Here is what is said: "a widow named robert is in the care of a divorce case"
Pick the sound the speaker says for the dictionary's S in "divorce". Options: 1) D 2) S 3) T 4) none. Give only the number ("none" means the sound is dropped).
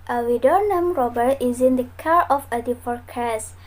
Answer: 4